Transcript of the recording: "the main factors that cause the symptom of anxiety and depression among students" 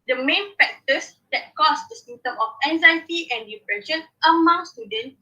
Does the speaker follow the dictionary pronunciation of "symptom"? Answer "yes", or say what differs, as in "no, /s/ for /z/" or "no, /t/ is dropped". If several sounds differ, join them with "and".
no, /p/ is dropped